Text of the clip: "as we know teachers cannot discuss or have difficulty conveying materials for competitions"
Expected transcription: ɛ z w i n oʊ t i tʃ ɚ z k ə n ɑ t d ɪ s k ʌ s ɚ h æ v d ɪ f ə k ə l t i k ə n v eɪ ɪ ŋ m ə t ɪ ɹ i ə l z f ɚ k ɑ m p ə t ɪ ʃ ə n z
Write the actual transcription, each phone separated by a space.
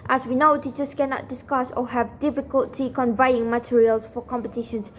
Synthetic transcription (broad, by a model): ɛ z w i n oʊ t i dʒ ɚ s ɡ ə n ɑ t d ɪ s k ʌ s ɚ h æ v d ɪ f ə k ə l t i k ə n v eɪ ɪ ŋ m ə t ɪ ɹ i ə l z f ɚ k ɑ m p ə t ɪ ʃ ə n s